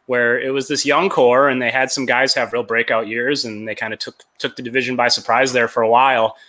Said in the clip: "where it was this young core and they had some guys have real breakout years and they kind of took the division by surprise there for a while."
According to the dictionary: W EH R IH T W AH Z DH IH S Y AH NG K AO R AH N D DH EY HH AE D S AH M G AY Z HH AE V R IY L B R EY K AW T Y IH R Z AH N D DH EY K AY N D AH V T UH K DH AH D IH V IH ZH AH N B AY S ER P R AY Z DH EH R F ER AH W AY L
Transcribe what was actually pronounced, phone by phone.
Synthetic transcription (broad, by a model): W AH R IH T W AH Z DH IH S Y AH NG K AO R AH N DH EY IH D S AH M G AY Z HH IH V R IY L B R EY K AW T Y IH R Z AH N DH EY K AY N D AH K T UH K DH AH D IH V IH ZH AH N B AY S ER P R AY Z DH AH R F ER AH W AY L